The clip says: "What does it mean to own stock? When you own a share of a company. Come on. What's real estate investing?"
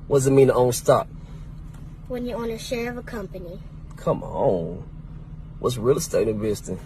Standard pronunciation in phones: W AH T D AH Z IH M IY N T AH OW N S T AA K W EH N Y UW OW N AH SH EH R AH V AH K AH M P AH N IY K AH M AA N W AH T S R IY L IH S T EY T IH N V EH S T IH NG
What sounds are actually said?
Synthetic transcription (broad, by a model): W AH D AH Z IH M IY N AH OW N S T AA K W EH N Y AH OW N AH SH EH R AH V AH K AH M P AH N IY K AH M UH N W AH T S R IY L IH S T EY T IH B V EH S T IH